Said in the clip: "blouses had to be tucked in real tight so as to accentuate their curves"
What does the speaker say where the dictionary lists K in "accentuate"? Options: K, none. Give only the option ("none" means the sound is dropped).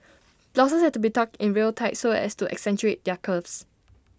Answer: K